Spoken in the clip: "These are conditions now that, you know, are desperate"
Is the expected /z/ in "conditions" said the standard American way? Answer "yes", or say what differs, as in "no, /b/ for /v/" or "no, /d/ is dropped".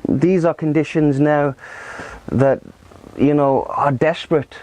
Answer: yes